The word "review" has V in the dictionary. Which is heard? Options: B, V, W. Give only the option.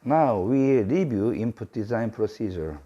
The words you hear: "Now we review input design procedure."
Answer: B